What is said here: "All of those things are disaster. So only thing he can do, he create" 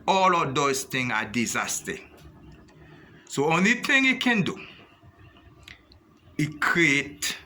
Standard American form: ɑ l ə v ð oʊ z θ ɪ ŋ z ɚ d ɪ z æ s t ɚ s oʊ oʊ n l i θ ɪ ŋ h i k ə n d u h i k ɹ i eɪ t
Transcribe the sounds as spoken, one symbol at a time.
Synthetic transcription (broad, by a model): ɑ l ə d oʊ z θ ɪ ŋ ɑ d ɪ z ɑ s t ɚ s oʊ oʊ n l i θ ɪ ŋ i k ə n d u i k ɹ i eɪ t